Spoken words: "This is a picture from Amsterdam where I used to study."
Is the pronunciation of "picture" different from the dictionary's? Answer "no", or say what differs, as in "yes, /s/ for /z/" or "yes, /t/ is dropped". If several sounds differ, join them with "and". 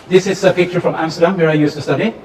no